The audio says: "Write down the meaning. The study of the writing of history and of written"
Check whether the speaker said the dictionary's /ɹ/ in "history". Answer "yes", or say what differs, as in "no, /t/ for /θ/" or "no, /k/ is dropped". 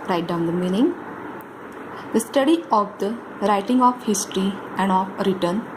yes